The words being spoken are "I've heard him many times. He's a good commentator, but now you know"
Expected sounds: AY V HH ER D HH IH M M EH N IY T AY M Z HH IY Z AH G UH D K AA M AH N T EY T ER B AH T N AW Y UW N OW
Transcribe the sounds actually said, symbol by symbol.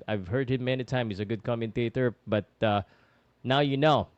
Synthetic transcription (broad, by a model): AY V HH ER D HH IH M M EH N IY T AY M HH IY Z AH G UH D K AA M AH N T EY T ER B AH T N AW Y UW N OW